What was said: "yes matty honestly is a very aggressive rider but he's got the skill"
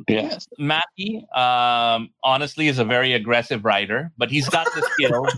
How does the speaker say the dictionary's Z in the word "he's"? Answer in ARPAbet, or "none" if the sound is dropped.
Z